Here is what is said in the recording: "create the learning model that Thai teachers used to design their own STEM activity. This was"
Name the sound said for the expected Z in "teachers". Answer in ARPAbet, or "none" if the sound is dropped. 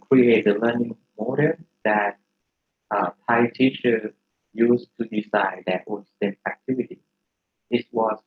none